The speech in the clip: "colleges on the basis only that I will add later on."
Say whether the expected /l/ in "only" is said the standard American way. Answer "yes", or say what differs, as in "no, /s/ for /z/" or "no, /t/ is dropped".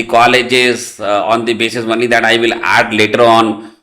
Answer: no, /l/ is dropped